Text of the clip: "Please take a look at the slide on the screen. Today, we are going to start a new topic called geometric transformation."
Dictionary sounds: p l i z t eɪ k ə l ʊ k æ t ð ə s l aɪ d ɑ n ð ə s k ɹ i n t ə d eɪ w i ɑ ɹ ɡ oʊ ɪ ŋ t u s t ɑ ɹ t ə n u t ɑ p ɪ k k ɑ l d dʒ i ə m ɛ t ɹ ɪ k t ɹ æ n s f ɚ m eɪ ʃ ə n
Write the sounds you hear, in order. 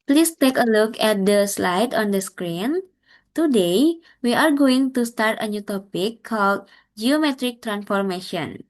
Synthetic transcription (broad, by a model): p l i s t eɪ k ə l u k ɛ t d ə s l aɪ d ɑ n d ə s k ɹ i n t ə d eɪ w i ɑ ɹ ɡ oʊ ɪ ŋ t u s t ɑ ɹ t ə n u t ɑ p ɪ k k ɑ l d dʒ i ə m ɛ t ɹ ɪ k t ɹ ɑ n s f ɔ m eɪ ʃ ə n